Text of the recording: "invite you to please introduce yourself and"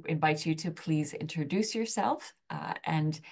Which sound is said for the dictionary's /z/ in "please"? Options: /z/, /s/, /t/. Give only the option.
/z/